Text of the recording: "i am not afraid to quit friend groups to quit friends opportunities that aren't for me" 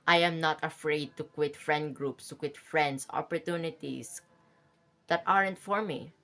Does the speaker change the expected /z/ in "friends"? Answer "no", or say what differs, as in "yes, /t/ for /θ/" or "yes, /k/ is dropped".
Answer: yes, /s/ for /z/